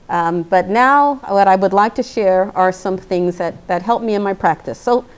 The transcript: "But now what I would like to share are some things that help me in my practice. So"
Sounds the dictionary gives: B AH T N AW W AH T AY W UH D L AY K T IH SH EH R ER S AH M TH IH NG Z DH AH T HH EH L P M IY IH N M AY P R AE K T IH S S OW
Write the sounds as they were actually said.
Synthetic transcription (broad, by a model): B AH T N AW W AH T AY W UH D L AY K T IH SH EH R ER S AH M TH IH NG Z DH AH T HH EH L P M IY IH N M AY P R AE K T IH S S OW